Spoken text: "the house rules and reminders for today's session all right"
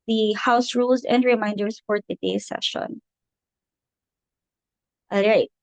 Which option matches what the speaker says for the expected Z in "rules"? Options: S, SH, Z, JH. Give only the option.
Z